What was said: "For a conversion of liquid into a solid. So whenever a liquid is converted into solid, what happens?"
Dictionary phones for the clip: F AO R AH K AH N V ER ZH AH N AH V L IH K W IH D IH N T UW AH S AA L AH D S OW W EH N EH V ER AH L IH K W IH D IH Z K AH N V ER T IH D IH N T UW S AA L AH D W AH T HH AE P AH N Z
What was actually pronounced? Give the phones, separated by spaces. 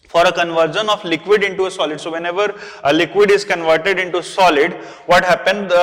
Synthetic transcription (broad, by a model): F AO R AH K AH N V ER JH AH N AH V L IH K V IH D IH N T UW AH S AA L AH D S OW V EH N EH V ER AH L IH K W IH D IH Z K AH N V ER T IH D IH N T UW S AA L AH D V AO T HH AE P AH N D